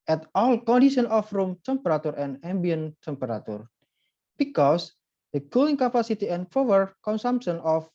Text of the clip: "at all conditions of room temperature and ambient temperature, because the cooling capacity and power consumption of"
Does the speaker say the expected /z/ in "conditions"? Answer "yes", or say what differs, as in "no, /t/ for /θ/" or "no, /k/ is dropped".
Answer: no, /z/ is dropped